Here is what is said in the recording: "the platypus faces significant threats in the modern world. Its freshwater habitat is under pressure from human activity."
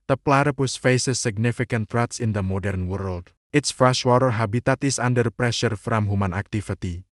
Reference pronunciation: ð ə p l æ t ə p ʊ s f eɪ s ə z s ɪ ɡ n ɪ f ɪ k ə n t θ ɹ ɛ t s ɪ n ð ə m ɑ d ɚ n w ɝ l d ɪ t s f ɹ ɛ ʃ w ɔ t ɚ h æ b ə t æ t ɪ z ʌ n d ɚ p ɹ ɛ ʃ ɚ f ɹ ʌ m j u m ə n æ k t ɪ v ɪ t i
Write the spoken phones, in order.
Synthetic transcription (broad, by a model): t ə p l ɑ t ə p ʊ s f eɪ s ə s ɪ ɡ n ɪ f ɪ k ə n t ɹ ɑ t s ɪ n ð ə m ɑ d ɚ n w ɝ l d ɪ t s f ɹ ɛ ʃ w ɔ t ɚ h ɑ b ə t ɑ t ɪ s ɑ n d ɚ p ɹ ɛ ʃ ɚ f ɹ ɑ m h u m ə n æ k t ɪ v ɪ t i